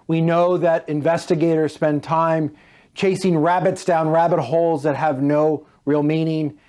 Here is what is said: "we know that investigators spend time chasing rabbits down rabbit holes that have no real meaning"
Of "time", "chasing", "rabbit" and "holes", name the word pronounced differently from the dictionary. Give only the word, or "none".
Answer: none